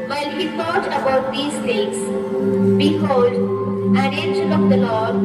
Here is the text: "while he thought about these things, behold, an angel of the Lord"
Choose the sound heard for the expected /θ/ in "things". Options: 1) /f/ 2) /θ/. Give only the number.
1